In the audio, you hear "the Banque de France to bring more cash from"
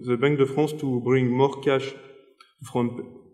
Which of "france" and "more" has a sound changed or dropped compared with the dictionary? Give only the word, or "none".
france